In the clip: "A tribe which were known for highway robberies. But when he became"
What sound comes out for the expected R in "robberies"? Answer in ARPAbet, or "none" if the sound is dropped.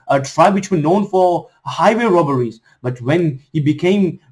R